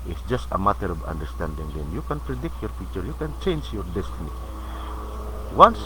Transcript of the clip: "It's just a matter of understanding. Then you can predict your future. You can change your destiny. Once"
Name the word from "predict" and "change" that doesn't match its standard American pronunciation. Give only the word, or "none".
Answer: none